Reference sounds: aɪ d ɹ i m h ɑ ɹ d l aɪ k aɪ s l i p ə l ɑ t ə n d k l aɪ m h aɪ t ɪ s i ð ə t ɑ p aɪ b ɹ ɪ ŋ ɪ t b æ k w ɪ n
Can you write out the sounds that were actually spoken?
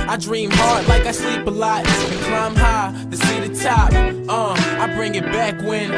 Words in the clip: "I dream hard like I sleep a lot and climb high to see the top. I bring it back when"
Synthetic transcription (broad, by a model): aɪ d ɹ i m h ɑ ɹ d l aɪ k aɪ s l i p ə l ɑ ə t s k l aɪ m h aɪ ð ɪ s i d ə t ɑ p aɪ b ɹ ɪ ŋ ɪ t b æ k w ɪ n